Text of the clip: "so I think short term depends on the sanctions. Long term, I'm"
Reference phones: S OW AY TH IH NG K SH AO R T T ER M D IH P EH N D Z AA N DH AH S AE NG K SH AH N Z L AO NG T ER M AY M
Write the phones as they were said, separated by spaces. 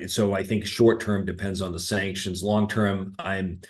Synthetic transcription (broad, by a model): S OW AY TH IH NG K SH AO R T T ER M D IH P EH N D Z N DH AH S AE NG K SH AH N Z L AO NG T ER M AY M